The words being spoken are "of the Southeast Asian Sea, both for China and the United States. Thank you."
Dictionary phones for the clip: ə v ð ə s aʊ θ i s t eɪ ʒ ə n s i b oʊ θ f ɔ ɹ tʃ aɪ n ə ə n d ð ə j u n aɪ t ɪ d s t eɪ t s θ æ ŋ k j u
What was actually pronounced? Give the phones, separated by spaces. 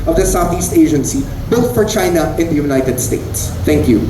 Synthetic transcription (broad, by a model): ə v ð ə s aʊ θ i s t eɪ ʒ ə n s i b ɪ t f ɔ ɹ tʃ aɪ n ə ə n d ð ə j u n aɪ t ɪ d s t eɪ t s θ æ ŋ k j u